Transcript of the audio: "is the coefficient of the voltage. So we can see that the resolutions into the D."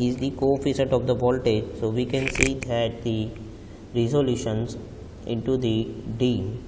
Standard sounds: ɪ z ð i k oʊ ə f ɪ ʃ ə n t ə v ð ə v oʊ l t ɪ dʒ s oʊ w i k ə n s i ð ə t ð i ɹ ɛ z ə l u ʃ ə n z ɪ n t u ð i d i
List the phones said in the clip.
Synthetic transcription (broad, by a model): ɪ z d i k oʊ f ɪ s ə t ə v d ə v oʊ l t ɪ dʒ s oʊ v i k ə n s i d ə t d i ɹ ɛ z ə l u ʃ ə n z ɪ n t u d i d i